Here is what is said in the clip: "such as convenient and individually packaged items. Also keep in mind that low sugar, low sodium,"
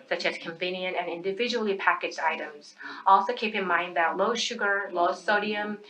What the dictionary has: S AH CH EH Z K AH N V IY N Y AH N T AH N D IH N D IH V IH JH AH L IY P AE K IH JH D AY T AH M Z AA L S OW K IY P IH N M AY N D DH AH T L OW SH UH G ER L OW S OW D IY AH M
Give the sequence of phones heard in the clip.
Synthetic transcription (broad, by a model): S AH CH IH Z K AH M V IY N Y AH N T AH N IH N D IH V IH JH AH L IY P AE K IH JH D AY T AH M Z AA L S OW K IY P IH N M AY N D DH AH T L OW SH UH G ER L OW S OW D IY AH M